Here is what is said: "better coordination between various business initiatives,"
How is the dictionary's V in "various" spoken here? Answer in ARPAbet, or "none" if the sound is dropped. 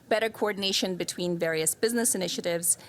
V